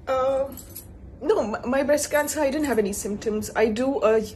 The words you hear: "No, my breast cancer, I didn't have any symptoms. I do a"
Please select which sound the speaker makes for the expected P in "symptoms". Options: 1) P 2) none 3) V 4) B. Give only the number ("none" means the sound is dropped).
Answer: 1